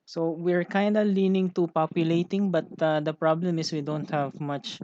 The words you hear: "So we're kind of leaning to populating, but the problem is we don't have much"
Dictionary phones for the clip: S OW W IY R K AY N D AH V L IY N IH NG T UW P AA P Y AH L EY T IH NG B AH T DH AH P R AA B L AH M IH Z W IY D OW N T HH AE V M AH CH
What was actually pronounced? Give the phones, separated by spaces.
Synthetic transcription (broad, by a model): S OW W IY R K AY N D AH L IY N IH NG T UW P AA P Y AH L EY T IH NG B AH T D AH P R AA B L AH M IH S W IY D OW N T HH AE V M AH CH